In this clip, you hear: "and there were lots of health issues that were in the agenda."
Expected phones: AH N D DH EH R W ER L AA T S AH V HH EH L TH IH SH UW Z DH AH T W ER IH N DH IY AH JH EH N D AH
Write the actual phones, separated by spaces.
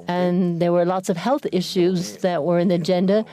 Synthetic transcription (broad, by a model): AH N DH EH R W ER L AA T S AH V HH EH L TH IH SH UW Z DH AH T W ER IH N DH IY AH JH EH N D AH